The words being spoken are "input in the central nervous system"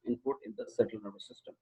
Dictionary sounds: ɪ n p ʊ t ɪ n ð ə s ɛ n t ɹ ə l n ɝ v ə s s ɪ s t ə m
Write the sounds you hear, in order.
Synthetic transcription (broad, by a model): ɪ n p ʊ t ɪ n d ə s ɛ t ə l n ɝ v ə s s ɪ s t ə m